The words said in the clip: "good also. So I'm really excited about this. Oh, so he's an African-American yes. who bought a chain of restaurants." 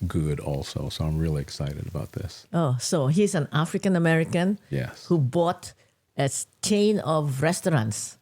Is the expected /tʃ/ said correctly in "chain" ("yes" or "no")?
no